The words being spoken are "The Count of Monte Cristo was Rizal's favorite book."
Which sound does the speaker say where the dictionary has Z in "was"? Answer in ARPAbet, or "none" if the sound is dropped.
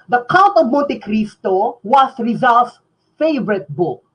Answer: S